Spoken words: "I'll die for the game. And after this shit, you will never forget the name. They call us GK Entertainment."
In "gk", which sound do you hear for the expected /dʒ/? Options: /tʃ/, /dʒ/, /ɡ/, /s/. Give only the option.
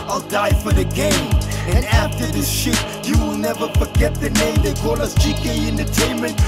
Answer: /tʃ/